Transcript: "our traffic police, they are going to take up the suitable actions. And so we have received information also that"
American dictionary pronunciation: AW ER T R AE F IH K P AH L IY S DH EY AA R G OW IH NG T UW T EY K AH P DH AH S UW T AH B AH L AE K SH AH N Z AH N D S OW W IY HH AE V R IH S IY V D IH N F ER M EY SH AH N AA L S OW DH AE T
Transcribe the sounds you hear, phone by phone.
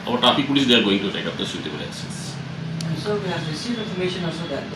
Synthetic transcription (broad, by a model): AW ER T AA P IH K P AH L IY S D EY AA R G OW IH NG T UW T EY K AH P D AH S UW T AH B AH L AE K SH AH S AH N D S OW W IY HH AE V R IH S IY V D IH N F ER M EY SH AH N AA L S OW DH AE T